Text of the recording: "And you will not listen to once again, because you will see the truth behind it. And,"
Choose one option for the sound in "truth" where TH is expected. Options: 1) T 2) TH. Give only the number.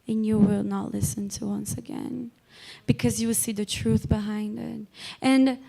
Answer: 2